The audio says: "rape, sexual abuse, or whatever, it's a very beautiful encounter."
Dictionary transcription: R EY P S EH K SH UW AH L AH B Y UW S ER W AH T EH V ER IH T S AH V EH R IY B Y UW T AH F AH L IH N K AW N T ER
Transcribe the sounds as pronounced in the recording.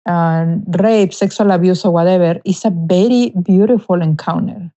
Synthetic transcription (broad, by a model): R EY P S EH K S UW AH L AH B Y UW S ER W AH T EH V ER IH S AH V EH R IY B Y UW T AH F AH L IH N K AW N T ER